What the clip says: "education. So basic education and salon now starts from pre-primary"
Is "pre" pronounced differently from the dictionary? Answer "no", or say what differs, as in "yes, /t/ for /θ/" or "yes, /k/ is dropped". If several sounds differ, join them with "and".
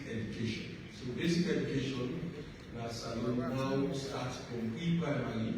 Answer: yes, /l/ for /ɹ/